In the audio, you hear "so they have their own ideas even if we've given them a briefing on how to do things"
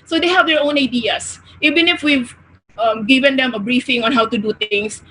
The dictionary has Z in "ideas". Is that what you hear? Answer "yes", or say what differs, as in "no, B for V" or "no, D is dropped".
no, S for Z